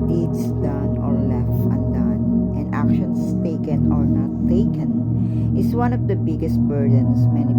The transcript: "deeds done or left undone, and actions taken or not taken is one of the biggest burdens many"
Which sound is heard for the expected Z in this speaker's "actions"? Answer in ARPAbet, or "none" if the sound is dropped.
S